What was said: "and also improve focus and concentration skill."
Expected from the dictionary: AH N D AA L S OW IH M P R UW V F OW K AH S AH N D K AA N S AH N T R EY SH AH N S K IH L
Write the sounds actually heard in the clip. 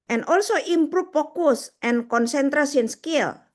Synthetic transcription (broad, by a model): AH N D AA L S OW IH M P R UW F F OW K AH S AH N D K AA N S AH N T R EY S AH N S K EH L